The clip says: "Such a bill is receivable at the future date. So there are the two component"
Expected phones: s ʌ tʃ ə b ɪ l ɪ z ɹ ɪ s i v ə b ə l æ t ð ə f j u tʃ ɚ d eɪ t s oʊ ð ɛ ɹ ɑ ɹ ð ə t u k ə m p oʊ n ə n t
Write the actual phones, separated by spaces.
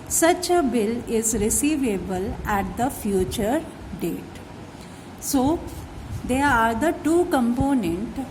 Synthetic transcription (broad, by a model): s ʌ tʃ ə b ɪ l ɪ z ɹ ɪ s i v ə b ə l æ t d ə f j u tʃ ɚ d eɪ t s oʊ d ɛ ɹ ɑ ɹ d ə t u k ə m p oʊ n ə n t